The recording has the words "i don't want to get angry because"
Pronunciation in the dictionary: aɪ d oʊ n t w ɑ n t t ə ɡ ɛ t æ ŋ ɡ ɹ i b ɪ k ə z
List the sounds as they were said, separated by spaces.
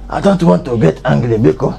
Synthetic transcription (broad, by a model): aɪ d oʊ n t w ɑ n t t ə ɡ ɛ t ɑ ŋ ɡ l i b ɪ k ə